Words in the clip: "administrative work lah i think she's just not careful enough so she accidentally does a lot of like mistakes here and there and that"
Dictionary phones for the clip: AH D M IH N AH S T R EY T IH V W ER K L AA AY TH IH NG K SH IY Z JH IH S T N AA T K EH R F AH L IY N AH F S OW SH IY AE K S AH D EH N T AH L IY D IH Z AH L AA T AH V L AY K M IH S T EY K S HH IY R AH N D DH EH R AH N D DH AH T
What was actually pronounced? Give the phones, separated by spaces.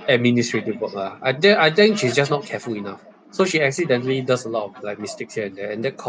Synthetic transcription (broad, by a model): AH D M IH N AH S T R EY T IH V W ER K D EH AY T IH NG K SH IY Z JH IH S N AA T K EH F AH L IY N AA F S OW SH IY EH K S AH D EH N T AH L IY D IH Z AH L AA T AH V L AY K M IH S T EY K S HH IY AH AH N D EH AH N D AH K